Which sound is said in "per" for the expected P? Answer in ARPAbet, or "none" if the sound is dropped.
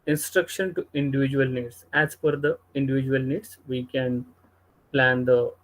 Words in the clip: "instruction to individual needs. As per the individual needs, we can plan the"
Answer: F